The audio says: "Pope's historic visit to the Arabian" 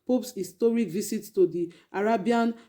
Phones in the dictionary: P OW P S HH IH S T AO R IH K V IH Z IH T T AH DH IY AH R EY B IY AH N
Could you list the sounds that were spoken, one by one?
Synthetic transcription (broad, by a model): P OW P S HH IH S T AO R IH K V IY S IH T T AH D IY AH R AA B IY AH N